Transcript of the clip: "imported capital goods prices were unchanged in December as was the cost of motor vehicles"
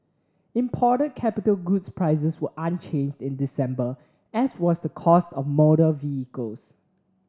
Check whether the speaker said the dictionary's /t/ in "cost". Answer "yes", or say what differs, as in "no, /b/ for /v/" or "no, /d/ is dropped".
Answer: yes